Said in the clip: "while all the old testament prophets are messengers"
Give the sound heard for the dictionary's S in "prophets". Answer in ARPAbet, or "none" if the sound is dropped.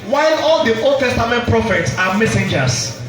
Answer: S